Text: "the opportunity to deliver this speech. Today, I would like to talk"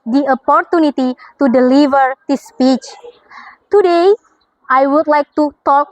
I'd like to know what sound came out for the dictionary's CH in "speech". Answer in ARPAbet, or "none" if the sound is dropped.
CH